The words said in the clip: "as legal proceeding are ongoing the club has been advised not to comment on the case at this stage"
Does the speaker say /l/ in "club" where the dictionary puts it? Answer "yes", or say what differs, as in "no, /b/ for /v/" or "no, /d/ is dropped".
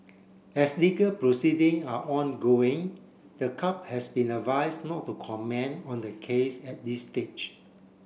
no, /l/ is dropped